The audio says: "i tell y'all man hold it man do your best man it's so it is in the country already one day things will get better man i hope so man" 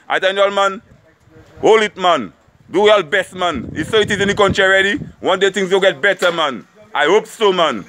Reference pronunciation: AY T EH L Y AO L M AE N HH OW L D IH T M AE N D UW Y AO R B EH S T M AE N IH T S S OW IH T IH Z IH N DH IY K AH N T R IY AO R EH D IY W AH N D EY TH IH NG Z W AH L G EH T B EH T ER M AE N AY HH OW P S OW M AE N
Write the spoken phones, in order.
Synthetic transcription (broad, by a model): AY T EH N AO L M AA N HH OW L IH T M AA N D UW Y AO L B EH S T M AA N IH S S OW IH T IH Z IH N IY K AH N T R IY R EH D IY W AH N D EY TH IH NG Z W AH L G EH T B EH T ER M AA N AY HH OW P S OW M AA N